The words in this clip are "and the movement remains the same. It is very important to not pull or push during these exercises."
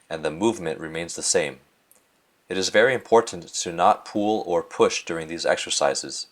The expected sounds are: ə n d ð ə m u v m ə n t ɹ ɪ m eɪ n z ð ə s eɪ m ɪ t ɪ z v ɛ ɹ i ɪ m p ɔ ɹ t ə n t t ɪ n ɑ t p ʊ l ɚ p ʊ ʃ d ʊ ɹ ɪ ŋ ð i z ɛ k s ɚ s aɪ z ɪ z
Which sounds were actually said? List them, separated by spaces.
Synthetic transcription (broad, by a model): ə n ð ə m u v m ə n t ɹ ɪ m eɪ n z ð ə s eɪ m ɪ t ɪ z v ɛ ɹ i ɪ m p ɔ ɹ t n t t ɪ n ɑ t p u l ɚ p ʊ ʃ d ʊ ɹ ɪ ŋ ð i z ɛ k s ɚ s aɪ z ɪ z